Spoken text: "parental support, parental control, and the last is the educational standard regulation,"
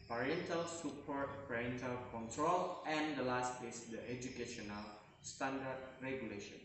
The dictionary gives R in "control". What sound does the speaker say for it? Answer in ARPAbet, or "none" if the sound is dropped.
R